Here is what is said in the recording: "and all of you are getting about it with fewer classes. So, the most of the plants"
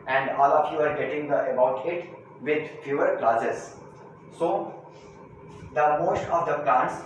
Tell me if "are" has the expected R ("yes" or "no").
yes